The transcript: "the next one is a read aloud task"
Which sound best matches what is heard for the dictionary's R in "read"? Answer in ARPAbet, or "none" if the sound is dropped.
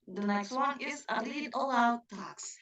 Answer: L